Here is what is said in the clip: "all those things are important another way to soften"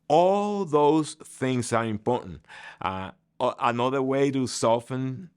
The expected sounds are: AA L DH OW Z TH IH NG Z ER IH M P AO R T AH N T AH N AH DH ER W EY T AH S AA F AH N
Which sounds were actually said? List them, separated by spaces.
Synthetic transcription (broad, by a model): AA L DH OW Z TH IH NG Z ER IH M P AO R T N T AH N AH DH ER W EY T AH S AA F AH N